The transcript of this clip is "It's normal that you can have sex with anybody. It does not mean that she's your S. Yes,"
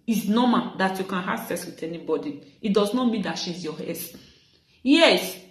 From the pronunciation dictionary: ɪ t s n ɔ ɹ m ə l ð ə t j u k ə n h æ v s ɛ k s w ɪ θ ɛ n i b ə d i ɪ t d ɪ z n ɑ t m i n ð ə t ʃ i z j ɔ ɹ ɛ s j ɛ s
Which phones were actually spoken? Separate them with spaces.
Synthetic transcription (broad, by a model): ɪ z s n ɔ m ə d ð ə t j u k ə n h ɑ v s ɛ s w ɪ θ ɛ n i b ə d i ɪ t d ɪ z n ɑ t m i n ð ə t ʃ i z j ɔ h ɛ s j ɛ s